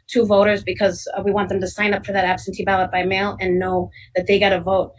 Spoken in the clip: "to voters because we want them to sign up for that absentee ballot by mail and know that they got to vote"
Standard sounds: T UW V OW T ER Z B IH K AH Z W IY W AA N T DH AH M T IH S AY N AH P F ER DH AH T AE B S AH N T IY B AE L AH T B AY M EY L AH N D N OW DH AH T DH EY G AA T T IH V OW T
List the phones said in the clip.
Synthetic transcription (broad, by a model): T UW V OW T ER Z B IH K AH Z W IY W AA N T DH AH M T IH S AY N AH P F ER DH AH T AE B S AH N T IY B AE L AH T B AY M EY L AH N N OW DH AH T DH EY G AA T T IH V OW T